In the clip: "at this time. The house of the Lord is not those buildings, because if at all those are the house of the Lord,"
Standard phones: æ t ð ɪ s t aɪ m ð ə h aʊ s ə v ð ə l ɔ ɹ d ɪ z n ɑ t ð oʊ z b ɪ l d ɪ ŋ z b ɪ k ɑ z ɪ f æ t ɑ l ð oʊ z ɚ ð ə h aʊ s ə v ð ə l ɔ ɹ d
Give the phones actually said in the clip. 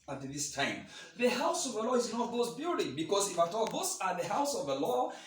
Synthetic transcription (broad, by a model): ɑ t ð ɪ s t aɪ m ð ə h aʊ s ə v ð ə l ɔ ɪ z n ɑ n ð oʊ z b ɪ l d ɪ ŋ b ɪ k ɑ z ɪ f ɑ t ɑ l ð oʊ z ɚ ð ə h aʊ s ə v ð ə l ɔ